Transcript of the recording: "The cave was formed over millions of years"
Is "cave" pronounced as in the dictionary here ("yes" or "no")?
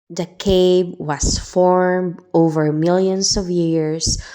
no